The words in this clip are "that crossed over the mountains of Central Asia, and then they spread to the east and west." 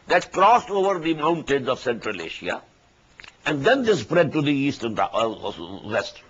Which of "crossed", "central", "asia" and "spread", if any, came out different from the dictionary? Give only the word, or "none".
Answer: asia